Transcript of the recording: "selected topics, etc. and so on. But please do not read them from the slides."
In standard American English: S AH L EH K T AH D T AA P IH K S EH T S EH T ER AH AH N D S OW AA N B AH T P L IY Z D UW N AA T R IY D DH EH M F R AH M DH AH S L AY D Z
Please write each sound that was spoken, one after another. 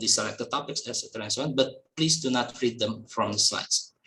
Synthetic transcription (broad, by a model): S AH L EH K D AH T AA P IH K S EH T S EH T ER AH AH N S OW AA N B AH T P L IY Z D UW N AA T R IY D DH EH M F R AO M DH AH S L AY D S